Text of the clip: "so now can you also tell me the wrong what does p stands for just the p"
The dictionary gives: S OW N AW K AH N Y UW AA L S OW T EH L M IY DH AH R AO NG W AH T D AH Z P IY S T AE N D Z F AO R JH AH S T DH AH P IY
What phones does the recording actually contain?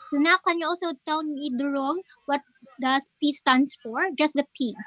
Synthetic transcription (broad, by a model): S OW N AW K AH N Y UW AA L S OW T EH L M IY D R AO NG W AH T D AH S P IY S T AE N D S F AO R JH AH S T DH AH P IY